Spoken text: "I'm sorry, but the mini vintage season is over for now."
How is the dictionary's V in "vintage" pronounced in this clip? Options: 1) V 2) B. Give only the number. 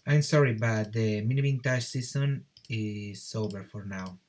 2